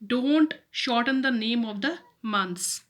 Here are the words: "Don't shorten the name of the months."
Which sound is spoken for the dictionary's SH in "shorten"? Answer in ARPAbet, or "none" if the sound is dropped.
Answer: SH